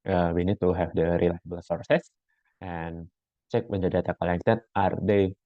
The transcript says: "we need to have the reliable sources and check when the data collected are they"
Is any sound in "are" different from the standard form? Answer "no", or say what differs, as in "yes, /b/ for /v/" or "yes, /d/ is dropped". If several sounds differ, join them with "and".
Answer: no